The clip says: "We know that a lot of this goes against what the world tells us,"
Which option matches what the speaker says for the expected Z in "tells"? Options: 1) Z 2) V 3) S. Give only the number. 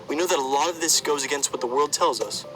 1